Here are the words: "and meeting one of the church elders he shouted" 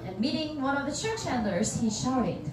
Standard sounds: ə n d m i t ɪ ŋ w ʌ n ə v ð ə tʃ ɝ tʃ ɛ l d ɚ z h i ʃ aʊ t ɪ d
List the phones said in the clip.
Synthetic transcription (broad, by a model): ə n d m i t ɪ ŋ w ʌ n ə v ð ə tʃ ɝ tʃ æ n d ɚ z h i ʃ aʊ t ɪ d